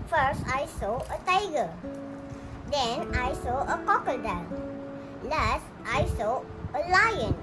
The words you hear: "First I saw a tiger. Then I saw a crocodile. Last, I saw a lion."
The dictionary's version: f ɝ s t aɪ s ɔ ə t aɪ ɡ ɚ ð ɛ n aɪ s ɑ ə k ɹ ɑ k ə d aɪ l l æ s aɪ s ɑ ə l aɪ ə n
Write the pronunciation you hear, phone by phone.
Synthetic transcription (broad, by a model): f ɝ s t aɪ s ɔ ə t aɪ ɡ ɚ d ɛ n aɪ s ɑ ə k ɑ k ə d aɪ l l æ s aɪ s ɑ ə l aɪ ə n